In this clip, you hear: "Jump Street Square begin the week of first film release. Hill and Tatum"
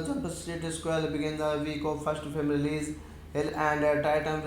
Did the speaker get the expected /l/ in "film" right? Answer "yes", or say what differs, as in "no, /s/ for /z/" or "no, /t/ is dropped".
no, /l/ is dropped